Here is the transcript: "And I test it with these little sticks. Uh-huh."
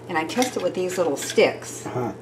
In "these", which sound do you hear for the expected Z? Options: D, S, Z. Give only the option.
Z